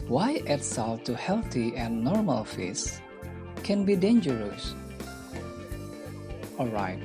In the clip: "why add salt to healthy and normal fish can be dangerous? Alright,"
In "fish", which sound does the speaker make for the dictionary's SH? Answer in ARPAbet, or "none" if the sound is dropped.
S